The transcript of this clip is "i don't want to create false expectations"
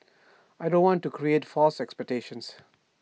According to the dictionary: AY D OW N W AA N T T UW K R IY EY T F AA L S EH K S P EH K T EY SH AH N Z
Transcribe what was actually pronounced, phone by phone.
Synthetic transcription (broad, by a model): AY D OW N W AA N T T UW K R IY EY T F AA L S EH K S P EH K T EY SH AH N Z